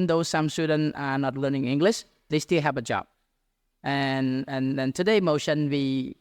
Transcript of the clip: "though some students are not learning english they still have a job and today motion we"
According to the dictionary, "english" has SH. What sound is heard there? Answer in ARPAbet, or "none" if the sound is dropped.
SH